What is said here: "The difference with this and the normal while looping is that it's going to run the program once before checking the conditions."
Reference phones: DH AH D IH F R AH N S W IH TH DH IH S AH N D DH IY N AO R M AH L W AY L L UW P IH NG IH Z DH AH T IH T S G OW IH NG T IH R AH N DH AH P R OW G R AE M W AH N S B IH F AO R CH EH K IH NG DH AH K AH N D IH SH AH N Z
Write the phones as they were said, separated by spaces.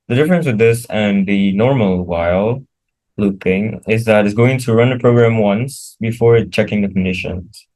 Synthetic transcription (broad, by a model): DH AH D IH F R AH N S W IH DH IH S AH N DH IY N AO R M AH L W AY L L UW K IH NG IH Z DH AH T IH T S G OW IH NG T IH R AH N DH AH P R OW G R AE M W AH N S B IH F AO R CH EH K IH NG DH AH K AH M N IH SH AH N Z